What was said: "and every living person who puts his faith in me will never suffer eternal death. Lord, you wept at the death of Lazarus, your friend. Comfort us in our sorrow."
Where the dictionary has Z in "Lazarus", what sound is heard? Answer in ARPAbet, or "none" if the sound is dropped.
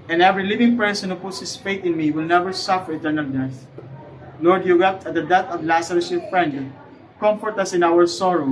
S